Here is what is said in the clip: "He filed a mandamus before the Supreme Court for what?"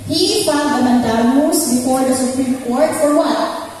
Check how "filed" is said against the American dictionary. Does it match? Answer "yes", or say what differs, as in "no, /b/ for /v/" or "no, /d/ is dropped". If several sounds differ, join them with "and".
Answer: no, /l/ is dropped